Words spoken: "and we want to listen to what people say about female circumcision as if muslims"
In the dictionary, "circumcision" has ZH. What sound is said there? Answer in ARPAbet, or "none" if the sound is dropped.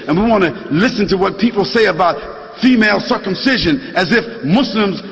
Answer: ZH